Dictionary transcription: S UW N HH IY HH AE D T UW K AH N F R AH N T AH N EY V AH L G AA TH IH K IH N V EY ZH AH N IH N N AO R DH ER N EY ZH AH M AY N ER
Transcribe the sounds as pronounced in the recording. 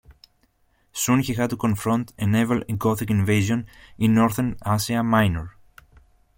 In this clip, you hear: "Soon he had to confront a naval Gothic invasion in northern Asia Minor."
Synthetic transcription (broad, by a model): S UW N HH IY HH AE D T UW K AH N F R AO N T AH N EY V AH L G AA TH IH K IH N V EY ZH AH N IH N N AO R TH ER N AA S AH M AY N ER